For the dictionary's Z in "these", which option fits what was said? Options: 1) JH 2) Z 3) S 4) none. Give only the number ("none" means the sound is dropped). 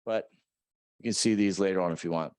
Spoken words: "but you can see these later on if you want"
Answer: 2